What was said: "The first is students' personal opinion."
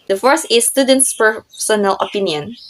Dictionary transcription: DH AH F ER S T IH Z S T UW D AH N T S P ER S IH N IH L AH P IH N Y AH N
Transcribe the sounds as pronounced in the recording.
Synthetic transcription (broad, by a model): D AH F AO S IH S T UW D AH N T S P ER S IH N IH L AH P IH N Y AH N